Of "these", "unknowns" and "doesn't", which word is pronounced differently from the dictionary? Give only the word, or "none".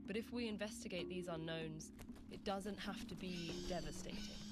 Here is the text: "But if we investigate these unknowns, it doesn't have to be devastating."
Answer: none